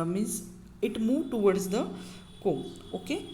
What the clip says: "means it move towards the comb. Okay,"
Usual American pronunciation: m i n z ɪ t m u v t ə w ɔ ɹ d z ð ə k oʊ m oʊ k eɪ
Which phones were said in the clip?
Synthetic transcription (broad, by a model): m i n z ɪ t m u v t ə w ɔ ɹ d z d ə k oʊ oʊ k eɪ